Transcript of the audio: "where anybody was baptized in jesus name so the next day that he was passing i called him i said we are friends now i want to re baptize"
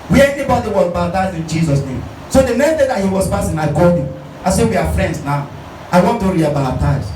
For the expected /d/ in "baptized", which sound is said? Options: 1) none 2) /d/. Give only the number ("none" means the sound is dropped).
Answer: 1